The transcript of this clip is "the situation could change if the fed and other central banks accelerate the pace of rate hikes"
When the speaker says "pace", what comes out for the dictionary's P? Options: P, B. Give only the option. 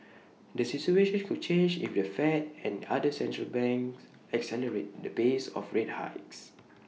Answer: B